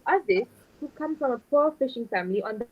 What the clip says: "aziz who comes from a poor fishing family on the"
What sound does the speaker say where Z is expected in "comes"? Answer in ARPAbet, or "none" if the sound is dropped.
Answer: none